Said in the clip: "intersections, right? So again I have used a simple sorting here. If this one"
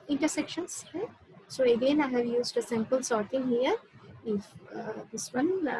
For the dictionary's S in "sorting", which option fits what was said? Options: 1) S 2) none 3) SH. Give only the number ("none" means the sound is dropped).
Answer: 1